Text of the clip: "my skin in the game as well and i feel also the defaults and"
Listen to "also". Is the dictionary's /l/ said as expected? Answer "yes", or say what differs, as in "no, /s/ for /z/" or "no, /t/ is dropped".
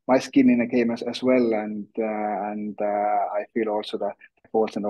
yes